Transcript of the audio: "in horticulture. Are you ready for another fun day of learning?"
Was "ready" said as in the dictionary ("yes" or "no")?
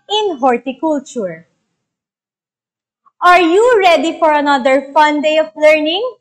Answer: yes